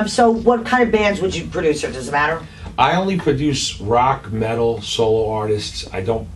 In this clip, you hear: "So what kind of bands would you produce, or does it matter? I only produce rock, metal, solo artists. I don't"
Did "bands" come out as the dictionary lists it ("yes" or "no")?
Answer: yes